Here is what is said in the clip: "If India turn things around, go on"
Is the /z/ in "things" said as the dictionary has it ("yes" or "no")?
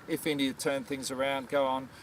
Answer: yes